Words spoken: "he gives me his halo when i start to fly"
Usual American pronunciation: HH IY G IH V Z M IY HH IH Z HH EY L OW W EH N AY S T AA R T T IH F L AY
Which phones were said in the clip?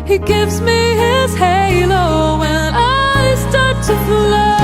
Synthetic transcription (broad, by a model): HH IY G IH V Z M IY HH IH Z HH EY L OW W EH N AY S T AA R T T IH L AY